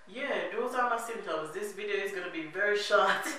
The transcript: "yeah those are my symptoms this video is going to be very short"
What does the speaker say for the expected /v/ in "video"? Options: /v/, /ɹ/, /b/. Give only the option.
/v/